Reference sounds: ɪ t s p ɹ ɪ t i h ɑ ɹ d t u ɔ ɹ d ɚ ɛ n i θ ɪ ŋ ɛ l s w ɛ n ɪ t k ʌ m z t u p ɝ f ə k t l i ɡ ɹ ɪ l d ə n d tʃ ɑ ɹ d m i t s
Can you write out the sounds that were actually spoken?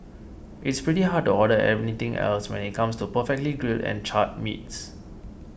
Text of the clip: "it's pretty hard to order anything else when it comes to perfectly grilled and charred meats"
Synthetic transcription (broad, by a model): ɪ t s p ɹ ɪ t i h ɑ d t u ɔ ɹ d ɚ ɛ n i t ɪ ŋ ɛ l s w ɛ n ɪ t k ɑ m s t u p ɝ f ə k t l i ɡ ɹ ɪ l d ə n tʃ ɑ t m i t s